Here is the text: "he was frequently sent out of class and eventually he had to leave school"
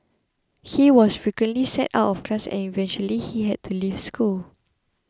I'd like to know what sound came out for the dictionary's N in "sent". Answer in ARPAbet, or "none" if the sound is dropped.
none